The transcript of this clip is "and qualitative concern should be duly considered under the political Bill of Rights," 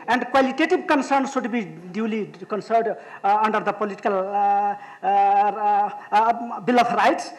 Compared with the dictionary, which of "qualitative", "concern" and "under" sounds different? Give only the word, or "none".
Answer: qualitative